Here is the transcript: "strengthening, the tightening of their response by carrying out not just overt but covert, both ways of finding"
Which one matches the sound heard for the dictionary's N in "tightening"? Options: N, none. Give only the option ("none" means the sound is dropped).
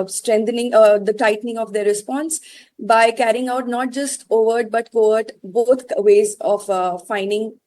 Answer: N